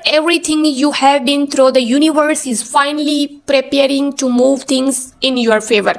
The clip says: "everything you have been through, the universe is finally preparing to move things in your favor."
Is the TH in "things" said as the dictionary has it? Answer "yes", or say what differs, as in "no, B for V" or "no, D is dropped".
no, T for TH